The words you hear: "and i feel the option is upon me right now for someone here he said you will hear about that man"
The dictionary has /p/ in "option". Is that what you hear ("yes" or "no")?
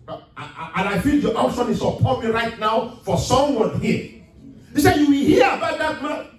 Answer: no